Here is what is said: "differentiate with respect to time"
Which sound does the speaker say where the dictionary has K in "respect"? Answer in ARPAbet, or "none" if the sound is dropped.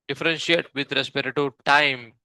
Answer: none